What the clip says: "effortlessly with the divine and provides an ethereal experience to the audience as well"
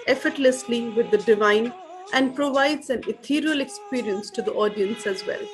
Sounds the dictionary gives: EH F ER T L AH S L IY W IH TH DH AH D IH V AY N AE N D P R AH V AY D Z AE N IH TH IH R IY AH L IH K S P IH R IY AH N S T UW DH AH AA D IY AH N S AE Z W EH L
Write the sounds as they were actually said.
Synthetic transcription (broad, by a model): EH F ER T L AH S L IY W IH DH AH D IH V AY N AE N D P R AH V AY D Z AE N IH T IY R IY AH L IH K S P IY R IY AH N S T UW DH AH AA D IY AH N S AE Z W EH L